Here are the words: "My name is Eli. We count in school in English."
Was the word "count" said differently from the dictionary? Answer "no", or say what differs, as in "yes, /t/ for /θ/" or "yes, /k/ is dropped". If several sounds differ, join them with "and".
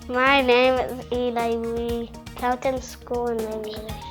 yes, /n/ is dropped